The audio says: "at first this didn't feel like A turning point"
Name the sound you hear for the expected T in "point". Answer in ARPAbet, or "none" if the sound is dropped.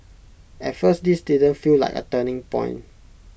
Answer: none